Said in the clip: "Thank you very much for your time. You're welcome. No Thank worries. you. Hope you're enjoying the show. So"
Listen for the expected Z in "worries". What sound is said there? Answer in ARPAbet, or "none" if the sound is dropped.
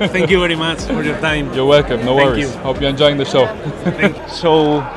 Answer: none